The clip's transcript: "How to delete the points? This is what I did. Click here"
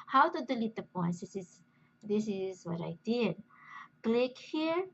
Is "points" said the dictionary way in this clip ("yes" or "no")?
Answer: no